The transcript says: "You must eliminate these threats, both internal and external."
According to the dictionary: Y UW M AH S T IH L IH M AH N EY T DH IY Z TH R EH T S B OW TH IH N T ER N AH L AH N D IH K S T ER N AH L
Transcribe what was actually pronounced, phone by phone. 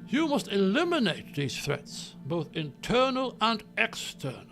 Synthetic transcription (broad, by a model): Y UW M AH S T IH L IH M AH N EY T DH IY Z TH R EH T S B OW TH IH N T ER N AH L AH N D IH K S T ER N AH L